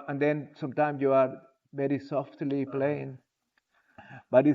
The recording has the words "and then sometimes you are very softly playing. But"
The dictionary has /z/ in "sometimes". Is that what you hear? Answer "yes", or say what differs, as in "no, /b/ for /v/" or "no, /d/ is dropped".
no, /s/ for /z/